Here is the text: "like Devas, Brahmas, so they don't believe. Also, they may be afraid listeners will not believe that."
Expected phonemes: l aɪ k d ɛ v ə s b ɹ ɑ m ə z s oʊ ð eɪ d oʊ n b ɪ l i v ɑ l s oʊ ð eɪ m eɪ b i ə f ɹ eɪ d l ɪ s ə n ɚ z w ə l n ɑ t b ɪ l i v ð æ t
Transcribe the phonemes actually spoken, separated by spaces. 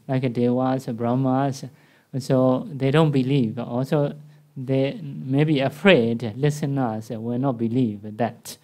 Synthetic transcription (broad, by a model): l aɪ k d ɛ w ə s b ɹ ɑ m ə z s oʊ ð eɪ d oʊ n b ɪ l i v ɑ l s oʊ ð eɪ m eɪ b i ə f ɹ eɪ d l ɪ s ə n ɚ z w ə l n ɑ t b ɪ l i v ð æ t